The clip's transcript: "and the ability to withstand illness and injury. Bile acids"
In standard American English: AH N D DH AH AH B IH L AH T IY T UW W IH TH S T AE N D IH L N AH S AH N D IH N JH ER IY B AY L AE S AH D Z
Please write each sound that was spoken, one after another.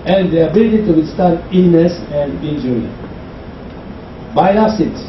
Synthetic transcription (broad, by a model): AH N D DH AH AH B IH L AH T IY T UW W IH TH S T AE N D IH N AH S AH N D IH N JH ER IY B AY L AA S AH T